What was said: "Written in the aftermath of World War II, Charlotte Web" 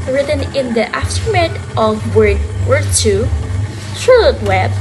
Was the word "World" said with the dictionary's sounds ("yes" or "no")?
no